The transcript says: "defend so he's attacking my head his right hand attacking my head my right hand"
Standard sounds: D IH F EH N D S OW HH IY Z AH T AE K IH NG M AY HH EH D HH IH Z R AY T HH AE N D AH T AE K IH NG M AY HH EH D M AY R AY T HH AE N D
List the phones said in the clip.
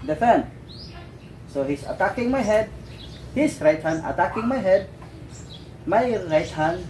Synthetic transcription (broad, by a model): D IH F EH N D S OW HH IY S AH T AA K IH NG M AY HH EH D HH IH S R AY T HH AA N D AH T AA K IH NG M AY HH EH D M AY R AY T HH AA N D